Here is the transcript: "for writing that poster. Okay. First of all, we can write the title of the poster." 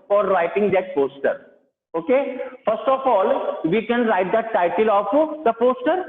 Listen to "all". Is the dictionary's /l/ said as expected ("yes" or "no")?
yes